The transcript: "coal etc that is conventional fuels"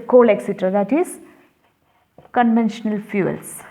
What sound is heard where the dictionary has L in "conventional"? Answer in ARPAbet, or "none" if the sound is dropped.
L